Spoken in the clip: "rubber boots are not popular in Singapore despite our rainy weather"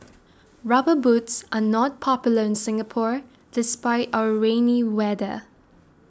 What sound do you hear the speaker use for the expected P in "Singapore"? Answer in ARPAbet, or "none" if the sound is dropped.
P